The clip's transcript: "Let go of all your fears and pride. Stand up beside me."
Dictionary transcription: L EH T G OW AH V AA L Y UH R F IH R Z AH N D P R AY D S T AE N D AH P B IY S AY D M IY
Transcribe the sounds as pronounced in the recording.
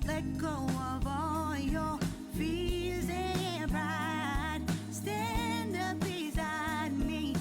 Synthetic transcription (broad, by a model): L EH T G OW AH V AA L Y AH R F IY L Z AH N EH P R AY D S T AE N D AH P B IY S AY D M IY